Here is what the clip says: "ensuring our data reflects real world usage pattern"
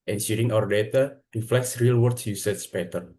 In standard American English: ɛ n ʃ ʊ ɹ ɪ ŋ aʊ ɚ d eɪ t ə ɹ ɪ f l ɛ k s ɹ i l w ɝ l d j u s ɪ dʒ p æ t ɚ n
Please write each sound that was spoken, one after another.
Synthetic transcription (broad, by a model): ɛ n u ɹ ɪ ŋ aʊ ɚ d eɪ t ə ɹ ɪ f l ɛ k s ɹ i l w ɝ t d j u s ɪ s p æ t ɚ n